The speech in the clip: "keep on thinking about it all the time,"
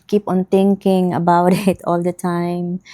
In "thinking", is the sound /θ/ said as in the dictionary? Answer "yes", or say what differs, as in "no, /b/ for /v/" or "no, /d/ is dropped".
no, /t/ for /θ/